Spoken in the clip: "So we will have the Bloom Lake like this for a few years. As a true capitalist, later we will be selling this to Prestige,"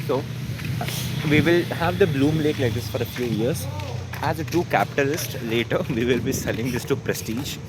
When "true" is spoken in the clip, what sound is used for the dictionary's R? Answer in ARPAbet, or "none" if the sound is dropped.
none